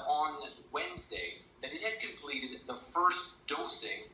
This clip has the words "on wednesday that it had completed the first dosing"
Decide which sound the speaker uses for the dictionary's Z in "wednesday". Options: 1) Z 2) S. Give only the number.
1